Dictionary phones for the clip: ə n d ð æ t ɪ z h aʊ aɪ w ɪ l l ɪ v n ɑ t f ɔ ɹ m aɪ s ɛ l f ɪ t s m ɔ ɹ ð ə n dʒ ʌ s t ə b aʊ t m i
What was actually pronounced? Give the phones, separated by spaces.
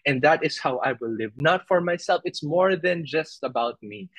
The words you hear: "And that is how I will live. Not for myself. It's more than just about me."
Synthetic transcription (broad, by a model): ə n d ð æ t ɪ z h aʊ aɪ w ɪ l l ɪ v n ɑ t f ɔ ɹ m aɪ s ɛ l f ɪ t s m ɔ ɹ ð ə n dʒ ʌ s t ə b aʊ t m i